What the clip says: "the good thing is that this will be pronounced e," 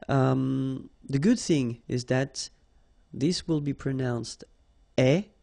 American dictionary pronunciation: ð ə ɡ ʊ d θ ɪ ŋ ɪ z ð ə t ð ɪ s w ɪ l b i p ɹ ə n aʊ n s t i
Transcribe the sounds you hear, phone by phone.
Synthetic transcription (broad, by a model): ð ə ɡ ʊ d θ ɪ ŋ ɪ z ð ə t ð ɪ s w ɪ l b i p ɹ ə n aʊ n s t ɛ